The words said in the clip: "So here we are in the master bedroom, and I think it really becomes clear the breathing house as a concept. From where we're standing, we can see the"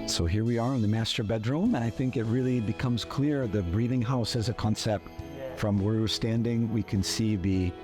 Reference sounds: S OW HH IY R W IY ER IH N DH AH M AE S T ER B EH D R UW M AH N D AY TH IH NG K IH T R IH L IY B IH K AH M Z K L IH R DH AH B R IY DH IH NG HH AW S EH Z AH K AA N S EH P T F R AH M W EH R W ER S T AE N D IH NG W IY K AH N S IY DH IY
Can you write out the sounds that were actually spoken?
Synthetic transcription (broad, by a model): S OW HH IY R W IY ER IH N DH AH M AE S T ER B EH D R UW M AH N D AY TH IH NG K IH T R IH L IY B IH K AH M Z K L IH R DH AH B R IY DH IH NG HH AW S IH Z AH K AA N S EH P T F R AH M W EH R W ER S T AE N D IH NG W IY K AH N S IY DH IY